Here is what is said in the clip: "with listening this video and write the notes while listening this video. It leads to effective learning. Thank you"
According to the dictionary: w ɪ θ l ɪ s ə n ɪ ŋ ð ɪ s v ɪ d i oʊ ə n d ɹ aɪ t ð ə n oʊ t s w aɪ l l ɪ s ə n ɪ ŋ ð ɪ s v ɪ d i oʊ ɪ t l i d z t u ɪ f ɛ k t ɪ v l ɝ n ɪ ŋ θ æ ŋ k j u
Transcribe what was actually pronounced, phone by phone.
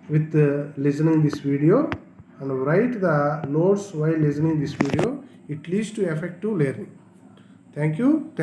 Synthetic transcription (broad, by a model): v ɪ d l ɪ s ə n ɪ ŋ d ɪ s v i d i oʊ ə n d ɹ aɪ t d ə l oʊ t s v aɪ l l ɪ s ə n ɪ ŋ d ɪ s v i d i oʊ ɪ t l i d s t u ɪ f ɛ k t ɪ l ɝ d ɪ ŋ t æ ŋ k j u